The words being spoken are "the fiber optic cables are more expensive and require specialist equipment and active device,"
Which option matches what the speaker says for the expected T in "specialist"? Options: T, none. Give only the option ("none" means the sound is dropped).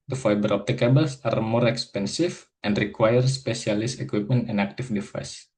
none